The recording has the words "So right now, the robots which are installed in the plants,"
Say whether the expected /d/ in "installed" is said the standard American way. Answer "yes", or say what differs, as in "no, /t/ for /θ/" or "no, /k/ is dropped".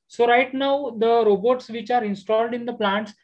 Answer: yes